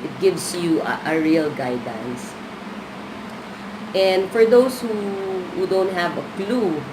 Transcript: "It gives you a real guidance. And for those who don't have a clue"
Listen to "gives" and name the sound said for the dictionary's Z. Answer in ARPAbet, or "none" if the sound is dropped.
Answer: S